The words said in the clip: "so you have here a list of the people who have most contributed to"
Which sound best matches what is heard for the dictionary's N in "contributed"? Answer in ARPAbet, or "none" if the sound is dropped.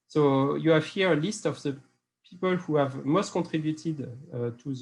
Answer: none